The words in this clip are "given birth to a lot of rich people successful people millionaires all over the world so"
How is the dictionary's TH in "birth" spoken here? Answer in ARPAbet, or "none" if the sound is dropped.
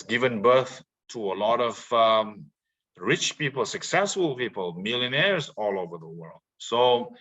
TH